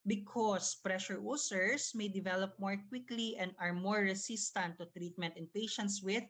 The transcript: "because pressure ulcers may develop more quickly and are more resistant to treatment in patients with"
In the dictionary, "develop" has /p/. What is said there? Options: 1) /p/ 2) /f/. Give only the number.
1